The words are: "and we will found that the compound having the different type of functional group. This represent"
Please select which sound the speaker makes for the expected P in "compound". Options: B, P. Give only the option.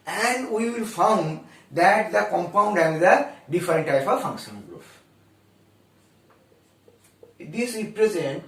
P